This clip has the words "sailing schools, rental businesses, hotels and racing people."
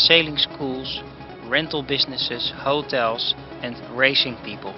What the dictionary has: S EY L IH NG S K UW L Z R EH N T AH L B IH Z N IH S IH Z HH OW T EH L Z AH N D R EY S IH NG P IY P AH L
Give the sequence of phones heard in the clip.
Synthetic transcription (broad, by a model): S EY L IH NG S K UW L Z R EH N T AH L B IH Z N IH S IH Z HH OW T EH L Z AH N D R EY S IH NG P IY P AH L